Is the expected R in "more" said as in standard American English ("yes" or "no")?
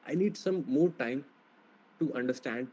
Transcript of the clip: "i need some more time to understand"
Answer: yes